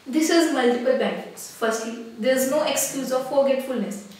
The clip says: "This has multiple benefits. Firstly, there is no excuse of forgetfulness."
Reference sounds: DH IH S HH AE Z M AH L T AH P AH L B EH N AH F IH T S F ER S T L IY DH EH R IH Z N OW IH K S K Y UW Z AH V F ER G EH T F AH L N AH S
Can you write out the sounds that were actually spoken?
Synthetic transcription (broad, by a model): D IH S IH Z M AH L T AH P AH L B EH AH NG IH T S F ER S T L IY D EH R IH Z N OW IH K S K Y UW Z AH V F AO G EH T F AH L N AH S